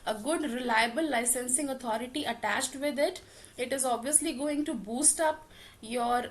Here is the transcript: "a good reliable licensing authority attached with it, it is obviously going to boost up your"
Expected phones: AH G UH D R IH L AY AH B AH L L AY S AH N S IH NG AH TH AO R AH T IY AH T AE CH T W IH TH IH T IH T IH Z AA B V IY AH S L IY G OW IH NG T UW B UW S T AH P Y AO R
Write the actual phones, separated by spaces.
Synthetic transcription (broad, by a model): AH G UH D R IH L AY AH B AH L L AY S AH N S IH NG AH T AO R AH T IY AH T AE CH T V IH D IH T IH T IH Z AA B V IY AH S L IY G OW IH NG T UW B UW S T AH P Y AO R